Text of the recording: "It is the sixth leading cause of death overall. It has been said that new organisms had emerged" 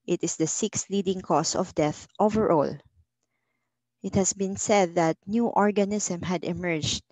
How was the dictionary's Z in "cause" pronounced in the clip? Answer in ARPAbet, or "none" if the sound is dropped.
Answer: S